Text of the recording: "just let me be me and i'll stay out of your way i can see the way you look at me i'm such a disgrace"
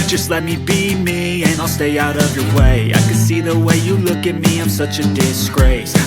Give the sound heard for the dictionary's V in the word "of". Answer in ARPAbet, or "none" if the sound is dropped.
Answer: V